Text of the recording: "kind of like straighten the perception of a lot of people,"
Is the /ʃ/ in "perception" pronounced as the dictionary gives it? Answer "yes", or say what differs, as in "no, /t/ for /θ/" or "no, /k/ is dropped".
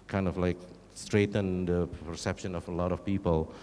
yes